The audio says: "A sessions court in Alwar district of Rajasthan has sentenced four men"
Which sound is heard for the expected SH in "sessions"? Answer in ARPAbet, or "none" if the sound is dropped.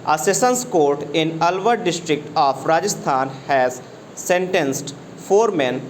S